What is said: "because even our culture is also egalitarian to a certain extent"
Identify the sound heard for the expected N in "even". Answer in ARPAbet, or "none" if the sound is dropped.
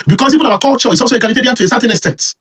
none